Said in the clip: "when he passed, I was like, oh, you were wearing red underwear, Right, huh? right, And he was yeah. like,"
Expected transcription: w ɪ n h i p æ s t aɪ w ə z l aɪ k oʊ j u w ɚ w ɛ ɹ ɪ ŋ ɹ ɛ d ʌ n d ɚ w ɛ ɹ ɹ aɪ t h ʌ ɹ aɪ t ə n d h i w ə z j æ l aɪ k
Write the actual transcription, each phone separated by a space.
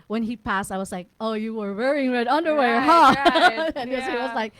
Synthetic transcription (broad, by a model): w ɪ n i p æ s t aɪ w ə z l aɪ k oʊ j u w ɚ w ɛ ɹ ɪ ŋ ɹ ɛ d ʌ n d ɚ w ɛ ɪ h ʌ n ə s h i w ə z l aɪ k